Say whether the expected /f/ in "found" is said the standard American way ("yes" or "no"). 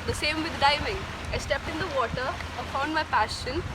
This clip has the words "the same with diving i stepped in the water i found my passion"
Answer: no